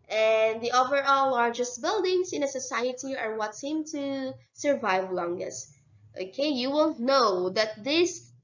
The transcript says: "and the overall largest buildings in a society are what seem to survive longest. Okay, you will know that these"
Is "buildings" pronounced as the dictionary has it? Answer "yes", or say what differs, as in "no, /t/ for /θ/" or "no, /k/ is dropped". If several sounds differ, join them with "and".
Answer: no, /s/ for /z/